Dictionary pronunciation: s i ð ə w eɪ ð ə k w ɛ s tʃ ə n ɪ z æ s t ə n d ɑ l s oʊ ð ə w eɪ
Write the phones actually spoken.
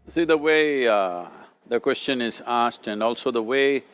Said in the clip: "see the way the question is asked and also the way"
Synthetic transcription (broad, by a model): s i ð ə w eɪ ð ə k w ɛ s tʃ ə n ɪ z æ s t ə n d ɑ l s oʊ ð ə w eɪ